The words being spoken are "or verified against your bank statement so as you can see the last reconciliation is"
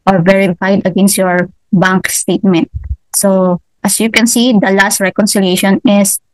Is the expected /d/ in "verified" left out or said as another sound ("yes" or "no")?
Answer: no